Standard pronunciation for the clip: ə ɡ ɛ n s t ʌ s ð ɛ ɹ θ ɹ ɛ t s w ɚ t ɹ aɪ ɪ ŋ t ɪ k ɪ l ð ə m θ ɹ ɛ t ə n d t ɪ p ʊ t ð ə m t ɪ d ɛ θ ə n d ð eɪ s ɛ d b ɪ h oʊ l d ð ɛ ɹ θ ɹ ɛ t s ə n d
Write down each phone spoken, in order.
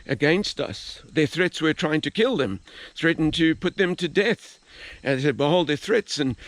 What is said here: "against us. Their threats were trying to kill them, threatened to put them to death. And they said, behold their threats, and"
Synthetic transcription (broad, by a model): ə ɡ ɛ n s t ʌ s ð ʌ ɹ θ ɹ ɛ t s w ɚ t ɹ aɪ ɪ ŋ t ɪ k ɪ l ð ə m θ ɹ ɛ t n t ɪ p ʊ t ð ə m t ɪ d ɛ θ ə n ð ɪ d b ɪ h oʊ l d ð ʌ ɹ θ ɹ ɛ t s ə n